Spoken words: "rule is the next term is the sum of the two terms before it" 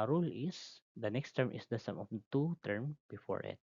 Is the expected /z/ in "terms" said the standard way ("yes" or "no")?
no